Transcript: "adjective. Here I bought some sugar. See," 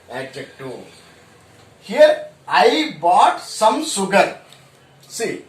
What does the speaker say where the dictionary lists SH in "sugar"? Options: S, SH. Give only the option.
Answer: S